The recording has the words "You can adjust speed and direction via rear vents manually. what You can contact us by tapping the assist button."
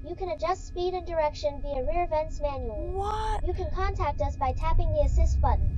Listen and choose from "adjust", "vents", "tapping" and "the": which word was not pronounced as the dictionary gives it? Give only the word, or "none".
none